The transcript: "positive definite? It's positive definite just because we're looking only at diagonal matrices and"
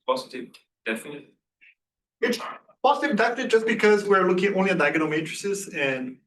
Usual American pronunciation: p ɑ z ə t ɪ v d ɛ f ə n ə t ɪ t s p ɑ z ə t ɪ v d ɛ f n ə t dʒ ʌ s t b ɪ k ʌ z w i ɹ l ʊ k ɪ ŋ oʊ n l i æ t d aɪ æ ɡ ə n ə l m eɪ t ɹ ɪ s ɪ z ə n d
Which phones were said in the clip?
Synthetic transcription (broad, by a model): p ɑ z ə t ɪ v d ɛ f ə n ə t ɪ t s p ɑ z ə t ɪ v d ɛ f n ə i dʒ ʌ s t b ɪ k ʌ z w i ɹ l ʊ k ɪ ŋ oʊ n l i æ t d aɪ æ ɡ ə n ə m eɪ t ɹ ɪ s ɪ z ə n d